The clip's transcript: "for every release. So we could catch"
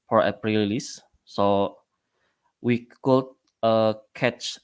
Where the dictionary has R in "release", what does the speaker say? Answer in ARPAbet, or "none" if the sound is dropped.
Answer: L